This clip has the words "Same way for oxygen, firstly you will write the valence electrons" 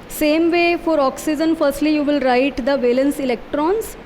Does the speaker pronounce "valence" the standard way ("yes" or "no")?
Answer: yes